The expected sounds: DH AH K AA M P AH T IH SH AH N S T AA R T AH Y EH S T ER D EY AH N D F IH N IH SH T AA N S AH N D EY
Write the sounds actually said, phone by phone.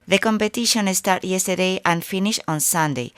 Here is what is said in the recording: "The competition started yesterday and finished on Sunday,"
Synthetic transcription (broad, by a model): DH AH K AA M P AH T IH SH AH N S T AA R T Y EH S T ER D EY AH N F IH N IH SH AA N S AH N D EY